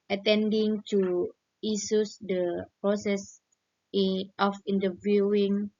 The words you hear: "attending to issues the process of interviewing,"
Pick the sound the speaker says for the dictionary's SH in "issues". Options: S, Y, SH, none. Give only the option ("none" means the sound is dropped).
S